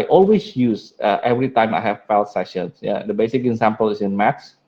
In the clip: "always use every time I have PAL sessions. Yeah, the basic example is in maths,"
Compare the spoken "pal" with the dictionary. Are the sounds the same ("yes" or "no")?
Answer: no